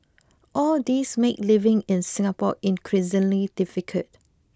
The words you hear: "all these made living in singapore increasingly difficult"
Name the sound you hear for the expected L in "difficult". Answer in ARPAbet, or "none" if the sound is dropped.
none